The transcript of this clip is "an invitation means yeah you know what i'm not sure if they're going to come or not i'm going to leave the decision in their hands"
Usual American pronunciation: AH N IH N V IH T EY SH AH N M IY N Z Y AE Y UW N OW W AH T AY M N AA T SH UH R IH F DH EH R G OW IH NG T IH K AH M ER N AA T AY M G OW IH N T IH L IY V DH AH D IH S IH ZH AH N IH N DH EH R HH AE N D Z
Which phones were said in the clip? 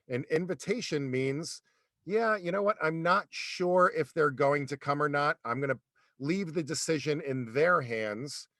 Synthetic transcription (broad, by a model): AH N IH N V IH T EY SH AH N M IY N Z Y AE Y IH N OW W AH T AY M N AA T SH UH R IH F DH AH R G OW IH NG T IH K AH M ER N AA T AY M G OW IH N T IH L IY V DH AH D IH S IH ZH AH N IH N DH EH R HH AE N D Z